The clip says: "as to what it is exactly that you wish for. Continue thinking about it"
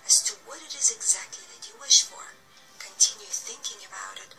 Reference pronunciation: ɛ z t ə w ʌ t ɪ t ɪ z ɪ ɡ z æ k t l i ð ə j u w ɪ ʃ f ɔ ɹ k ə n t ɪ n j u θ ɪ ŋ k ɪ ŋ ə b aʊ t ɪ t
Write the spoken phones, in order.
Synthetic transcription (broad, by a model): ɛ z t ə w ʌ t ɪ t ɪ z ɪ ɡ z æ k t l i ð ə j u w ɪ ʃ f ɔ ɹ k ə n t ɪ n j u θ ɪ ŋ k ɪ ŋ ə b aʊ t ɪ t